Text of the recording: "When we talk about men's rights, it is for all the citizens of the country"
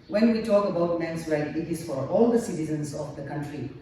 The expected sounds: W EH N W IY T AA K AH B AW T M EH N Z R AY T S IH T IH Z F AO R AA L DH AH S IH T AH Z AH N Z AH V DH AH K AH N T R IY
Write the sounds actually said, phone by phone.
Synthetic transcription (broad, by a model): W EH N W IY T AA K AH B AW T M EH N S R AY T IH T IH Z F AO R AA L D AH S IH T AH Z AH N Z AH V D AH K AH N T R IY